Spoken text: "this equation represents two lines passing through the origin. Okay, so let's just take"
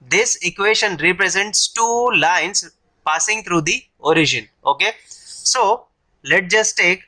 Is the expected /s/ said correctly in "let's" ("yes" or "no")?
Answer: no